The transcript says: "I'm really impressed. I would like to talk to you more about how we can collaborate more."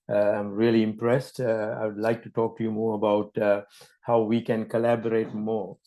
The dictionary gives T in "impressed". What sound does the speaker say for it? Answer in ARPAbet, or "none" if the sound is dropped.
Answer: T